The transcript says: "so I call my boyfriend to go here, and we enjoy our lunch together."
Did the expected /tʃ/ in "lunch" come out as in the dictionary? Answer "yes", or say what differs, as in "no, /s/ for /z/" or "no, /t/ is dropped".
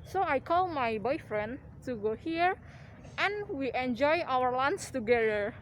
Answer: no, /s/ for /tʃ/